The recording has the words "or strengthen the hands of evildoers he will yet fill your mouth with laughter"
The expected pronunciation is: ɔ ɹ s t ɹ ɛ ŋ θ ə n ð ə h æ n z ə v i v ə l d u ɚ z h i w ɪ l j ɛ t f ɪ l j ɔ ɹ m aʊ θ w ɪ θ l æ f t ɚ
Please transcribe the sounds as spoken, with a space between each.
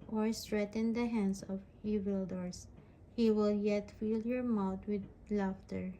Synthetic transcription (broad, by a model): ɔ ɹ s t ɹ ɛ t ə n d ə h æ n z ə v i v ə l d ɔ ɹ s h i w ɪ l j ɛ t f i l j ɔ ɹ m aʊ t w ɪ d l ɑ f t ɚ